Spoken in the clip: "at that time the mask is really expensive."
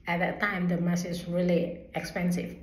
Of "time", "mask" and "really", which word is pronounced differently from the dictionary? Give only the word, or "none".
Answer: mask